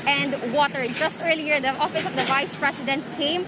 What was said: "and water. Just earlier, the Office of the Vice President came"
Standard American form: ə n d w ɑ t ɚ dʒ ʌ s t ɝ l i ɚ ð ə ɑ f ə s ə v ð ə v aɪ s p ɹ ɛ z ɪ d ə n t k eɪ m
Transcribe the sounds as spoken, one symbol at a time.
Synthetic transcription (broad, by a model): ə n d w ɑ t ɚ dʒ ʌ s t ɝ l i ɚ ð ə ɑ f ə s ə v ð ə v aɪ s p ɹ ɛ s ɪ d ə n t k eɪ m